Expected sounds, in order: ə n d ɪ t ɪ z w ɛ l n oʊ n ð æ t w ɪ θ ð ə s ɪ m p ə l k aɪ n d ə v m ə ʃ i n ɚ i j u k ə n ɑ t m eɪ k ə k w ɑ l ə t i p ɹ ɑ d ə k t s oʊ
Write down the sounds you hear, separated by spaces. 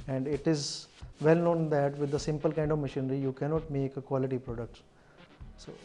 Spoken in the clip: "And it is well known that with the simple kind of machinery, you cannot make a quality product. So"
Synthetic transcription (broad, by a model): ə n d ɪ t ɪ z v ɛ l n oʊ n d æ t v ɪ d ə s ɪ m p ə l k aɪ n d ə v m ə ʃ i n ɚ i j u k ə n ɑ t m eɪ k ə k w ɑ l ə t i p ɹ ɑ d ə k t s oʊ